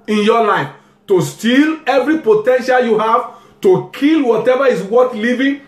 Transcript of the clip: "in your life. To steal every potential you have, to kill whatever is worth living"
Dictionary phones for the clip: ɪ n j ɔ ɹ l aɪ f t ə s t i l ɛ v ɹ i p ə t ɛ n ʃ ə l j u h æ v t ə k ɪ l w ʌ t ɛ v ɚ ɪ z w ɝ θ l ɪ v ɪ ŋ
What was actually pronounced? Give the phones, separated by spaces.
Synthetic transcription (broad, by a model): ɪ n j ɔ l aɪ f t ə s t i l ɛ v ɹ i p ə t ɛ n ʃ ə l j u h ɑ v t ə k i l w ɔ t ɛ v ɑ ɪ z w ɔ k l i v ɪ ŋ